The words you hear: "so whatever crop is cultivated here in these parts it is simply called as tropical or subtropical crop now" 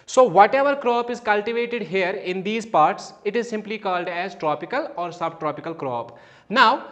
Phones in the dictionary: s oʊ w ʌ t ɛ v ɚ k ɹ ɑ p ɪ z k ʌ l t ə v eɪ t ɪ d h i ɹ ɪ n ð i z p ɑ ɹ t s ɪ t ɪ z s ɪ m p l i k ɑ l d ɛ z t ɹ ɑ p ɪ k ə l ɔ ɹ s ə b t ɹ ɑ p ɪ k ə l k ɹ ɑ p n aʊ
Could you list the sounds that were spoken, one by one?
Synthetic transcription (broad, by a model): s oʊ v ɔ t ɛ v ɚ k ɹ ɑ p ɪ z k ʌ l t ə v eɪ t ɪ d h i ɹ ɪ n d i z p ɑ ɹ t s ɪ t ɪ z s ɪ m p l i k ɑ l d ɛ z t ɹ ɑ p ɪ k ə l ɔ ɹ s ə b t ɹ ɑ p ɪ k ə l k ɹ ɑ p n aʊ